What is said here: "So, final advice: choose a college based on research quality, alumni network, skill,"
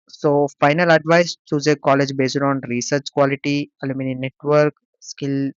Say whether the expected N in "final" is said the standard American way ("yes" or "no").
yes